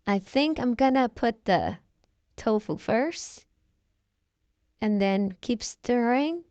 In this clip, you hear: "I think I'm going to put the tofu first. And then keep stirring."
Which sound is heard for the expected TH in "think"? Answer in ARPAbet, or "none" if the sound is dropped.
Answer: TH